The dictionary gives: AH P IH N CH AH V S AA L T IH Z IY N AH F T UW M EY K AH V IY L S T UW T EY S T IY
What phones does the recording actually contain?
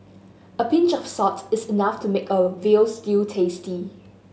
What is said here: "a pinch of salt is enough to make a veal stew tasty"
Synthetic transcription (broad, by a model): AH P IH N CH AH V S AA T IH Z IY N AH F T UW M EY K AH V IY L S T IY T EY S T IY